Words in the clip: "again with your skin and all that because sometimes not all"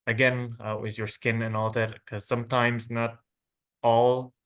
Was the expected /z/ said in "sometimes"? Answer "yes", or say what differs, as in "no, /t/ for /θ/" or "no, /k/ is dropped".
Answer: yes